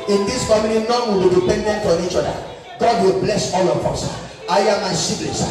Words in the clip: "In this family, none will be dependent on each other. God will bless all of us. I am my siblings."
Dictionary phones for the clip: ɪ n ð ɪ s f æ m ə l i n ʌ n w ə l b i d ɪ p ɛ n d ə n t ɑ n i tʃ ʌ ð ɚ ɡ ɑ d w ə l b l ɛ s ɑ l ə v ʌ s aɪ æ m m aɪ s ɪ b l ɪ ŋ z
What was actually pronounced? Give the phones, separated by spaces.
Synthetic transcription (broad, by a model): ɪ n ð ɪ s f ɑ m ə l i n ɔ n w ə l b i d ɪ p ɛ n d ə n t ɑ n i tʃ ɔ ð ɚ ɡ ɑ d w ə l b l ɛ s ɑ l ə p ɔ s aɪ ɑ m m aɪ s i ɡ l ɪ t